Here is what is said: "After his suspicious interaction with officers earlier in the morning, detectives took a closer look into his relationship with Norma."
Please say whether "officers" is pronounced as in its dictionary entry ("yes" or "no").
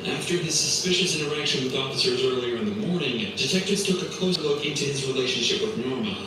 yes